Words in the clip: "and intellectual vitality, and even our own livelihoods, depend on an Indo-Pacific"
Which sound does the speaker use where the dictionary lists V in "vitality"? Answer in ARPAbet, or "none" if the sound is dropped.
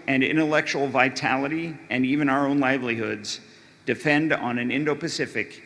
V